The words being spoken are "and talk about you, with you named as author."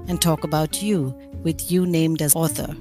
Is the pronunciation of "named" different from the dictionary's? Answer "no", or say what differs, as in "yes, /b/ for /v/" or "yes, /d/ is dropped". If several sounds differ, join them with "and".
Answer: no